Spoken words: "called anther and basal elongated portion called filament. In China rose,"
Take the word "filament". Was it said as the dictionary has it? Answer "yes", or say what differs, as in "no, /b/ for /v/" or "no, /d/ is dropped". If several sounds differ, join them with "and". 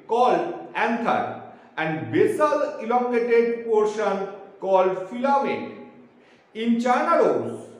no, /t/ is dropped